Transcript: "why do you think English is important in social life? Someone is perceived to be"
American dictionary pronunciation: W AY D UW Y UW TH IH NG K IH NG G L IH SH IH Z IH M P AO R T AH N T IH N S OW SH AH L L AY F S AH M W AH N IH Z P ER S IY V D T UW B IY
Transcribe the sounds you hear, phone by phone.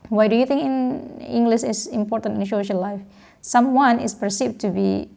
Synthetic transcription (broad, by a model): W AY D UW Y UW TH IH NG K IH NG G L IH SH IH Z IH M P AO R T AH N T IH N SH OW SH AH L L AY F S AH M W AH N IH S P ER S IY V T UW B IY